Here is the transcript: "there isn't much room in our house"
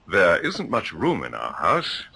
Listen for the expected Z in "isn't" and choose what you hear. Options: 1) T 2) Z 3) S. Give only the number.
2